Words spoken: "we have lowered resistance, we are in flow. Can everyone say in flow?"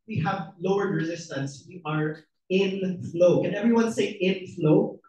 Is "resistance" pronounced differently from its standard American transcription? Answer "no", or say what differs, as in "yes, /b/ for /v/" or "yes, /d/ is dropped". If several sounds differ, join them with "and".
no